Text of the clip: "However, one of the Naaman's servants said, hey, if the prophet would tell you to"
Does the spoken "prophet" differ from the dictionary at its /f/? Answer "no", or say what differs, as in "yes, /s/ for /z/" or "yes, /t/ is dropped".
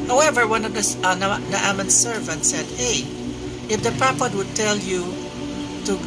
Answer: yes, /p/ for /f/